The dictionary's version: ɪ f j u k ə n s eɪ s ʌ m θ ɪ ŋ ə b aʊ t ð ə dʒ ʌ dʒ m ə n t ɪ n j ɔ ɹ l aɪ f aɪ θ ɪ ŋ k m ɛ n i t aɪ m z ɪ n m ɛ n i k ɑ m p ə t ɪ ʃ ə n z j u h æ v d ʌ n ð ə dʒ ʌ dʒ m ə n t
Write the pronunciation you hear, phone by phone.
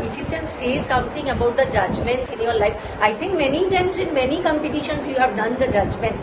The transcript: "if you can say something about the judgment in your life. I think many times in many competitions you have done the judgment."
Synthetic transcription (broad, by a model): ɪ f j u k ə n s eɪ s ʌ m t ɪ ŋ ə b aʊ t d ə dʒ ʌ dʒ m ə n t ɪ n j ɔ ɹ l aɪ f aɪ t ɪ ŋ k m ɛ n i t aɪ m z ɪ n m ɛ n i k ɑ m p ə t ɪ ʃ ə n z j u h æ v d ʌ n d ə dʒ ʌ dʒ m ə n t